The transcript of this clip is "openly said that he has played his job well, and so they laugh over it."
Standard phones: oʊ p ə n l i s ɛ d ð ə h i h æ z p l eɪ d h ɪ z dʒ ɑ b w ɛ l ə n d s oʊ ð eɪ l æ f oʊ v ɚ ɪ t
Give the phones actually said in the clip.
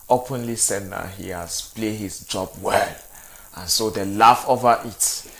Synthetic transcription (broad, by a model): oʊ p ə n l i s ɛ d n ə h i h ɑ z p l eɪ h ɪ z dʒ ɑ b w ɛ l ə n s oʊ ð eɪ l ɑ f oʊ v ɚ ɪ t